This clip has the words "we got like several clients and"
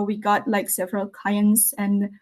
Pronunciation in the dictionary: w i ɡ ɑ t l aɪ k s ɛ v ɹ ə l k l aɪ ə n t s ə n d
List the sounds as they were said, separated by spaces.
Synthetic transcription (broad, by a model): w i ɡ ɑ t l aɪ k s ɛ v ɹ ə l k aɪ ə n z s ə n